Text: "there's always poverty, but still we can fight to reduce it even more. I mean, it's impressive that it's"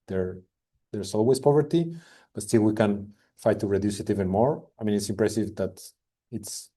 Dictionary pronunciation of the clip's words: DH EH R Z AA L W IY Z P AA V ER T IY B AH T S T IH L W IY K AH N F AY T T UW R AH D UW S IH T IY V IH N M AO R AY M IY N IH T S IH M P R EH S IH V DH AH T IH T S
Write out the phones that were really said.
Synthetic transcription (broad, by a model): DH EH R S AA L W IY S P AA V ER T IY B AH T S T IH L W IY K AH N F AY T T UW R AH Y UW S IH T IY V IH N M AO R AY M IY N IH T S IH M P R EH S IH V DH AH T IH T S